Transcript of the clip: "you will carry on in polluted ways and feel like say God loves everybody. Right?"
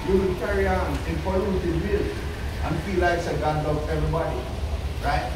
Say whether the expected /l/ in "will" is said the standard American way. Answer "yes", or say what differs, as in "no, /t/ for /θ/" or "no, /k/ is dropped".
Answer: no, /n/ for /l/